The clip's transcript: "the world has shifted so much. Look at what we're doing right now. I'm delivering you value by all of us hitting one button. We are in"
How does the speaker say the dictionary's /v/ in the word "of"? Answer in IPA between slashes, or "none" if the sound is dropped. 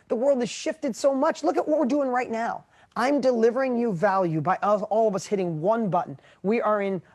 /v/